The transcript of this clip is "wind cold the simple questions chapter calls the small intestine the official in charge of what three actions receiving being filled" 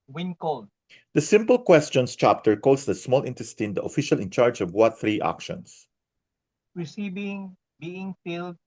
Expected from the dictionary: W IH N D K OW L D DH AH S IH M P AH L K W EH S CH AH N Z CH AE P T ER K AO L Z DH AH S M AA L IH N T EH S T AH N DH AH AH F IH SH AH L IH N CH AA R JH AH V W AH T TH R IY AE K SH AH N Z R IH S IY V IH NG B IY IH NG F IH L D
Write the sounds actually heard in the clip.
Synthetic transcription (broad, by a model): W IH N K OW L D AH S IH M P AH L K W EH S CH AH N S CH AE P T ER K AO L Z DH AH S M AA L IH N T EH S T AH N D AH AH F IH SH AH L IH N CH AA R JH AH V W AH T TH R IY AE K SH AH N S R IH S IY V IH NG B IY IH NG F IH L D